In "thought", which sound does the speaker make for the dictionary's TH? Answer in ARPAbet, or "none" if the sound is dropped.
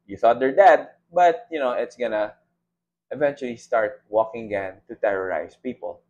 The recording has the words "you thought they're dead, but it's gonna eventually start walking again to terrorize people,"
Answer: TH